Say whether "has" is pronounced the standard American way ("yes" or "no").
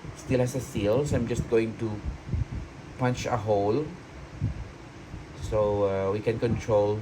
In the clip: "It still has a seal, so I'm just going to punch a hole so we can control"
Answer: no